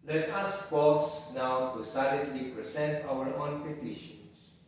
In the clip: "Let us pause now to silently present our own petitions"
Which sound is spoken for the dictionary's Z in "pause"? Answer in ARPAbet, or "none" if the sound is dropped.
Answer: S